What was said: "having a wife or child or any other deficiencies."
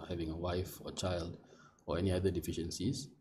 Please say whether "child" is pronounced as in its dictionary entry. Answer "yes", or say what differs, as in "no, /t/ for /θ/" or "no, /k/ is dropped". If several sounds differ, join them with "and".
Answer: yes